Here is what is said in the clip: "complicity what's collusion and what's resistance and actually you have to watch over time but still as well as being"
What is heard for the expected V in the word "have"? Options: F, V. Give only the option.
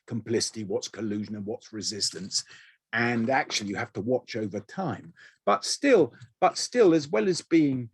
F